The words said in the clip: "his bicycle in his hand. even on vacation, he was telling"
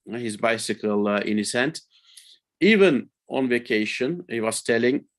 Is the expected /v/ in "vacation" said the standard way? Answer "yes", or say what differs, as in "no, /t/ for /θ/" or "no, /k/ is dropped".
yes